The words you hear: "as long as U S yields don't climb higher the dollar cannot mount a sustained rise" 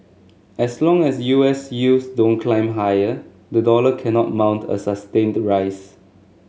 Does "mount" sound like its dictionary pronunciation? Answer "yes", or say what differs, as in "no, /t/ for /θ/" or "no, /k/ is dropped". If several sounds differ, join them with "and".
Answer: yes